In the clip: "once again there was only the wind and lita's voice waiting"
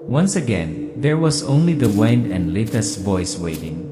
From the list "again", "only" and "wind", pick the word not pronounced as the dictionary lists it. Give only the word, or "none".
wind